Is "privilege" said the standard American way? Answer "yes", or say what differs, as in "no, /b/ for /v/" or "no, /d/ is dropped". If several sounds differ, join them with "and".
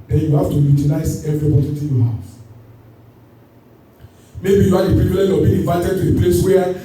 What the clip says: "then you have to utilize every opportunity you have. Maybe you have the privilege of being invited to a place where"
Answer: no, /p/ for /v/